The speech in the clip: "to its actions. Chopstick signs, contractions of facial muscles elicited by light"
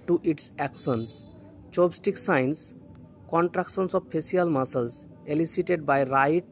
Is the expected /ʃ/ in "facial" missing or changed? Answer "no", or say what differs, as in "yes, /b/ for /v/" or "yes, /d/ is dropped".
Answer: yes, /s/ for /ʃ/